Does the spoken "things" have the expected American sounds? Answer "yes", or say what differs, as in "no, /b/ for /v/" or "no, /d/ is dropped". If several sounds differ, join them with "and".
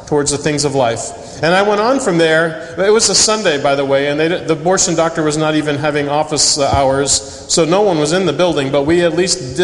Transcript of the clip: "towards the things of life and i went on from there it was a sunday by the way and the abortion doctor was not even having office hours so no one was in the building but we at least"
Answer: yes